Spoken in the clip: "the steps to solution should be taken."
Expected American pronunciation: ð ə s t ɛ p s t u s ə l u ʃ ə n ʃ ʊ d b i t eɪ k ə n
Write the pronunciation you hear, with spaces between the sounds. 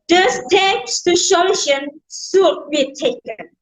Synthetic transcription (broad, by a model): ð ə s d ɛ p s t u ʃ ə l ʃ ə n s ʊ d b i t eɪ k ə n